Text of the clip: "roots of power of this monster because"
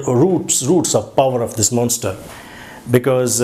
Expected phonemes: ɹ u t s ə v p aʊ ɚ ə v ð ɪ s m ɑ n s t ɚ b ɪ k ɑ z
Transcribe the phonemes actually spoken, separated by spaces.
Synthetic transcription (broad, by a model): ɹ u t s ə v p aʊ ɚ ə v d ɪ s m ɑ n s t ɚ b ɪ k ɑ z